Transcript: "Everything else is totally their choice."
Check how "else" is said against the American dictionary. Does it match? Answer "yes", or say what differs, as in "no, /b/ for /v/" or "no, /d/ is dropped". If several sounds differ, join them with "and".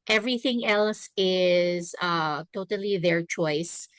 yes